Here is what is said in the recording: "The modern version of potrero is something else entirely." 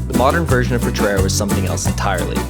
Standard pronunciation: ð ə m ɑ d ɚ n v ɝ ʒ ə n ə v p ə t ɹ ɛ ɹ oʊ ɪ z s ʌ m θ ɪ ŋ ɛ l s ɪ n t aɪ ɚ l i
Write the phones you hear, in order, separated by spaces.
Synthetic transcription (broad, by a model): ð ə m ɑ d ɚ n v ɝ ʒ ə n ə v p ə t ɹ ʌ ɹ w ɪ z s ʌ m θ ɪ ŋ ɛ l s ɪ n t aɪ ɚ l i